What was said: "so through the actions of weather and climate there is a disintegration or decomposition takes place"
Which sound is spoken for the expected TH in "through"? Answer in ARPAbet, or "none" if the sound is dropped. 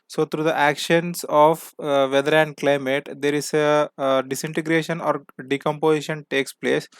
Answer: T